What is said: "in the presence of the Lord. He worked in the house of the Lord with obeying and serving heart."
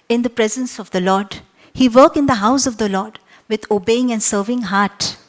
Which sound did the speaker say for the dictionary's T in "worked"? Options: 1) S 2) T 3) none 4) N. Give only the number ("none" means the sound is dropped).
3